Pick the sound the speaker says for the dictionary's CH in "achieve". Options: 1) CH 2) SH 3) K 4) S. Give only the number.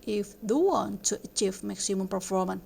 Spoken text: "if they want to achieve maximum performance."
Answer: 1